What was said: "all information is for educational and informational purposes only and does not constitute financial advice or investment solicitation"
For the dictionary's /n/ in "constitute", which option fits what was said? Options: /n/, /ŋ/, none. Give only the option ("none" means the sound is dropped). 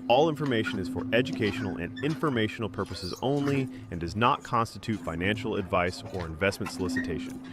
/n/